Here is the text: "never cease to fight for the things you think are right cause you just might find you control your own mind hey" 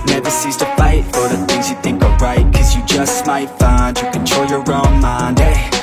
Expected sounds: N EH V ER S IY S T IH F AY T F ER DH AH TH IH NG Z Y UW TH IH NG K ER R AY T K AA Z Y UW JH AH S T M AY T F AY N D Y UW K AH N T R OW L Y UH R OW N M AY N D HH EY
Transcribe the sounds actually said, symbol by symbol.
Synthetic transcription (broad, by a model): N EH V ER S IY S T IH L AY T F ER DH AH TH IH NG Z Y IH TH IH NG K ER R AY T K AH Z Y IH JH AH S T M AY T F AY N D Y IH K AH N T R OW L Y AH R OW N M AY N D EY